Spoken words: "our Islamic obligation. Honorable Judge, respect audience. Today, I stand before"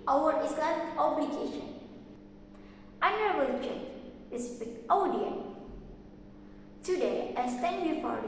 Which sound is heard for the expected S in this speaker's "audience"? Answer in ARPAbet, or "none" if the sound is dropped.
none